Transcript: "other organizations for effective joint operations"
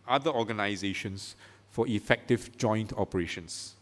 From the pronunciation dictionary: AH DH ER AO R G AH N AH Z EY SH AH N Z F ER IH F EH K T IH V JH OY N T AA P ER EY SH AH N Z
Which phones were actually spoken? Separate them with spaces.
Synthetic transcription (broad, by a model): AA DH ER AO G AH N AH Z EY SH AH N S F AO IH F EH K T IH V JH OY N T AA P ER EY SH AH N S